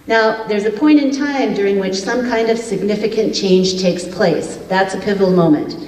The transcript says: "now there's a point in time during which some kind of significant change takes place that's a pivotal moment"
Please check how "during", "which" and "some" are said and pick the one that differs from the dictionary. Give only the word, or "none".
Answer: none